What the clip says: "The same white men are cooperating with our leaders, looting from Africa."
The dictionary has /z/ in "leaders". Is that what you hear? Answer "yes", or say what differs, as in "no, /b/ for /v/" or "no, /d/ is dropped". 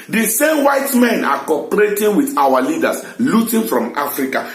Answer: no, /s/ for /z/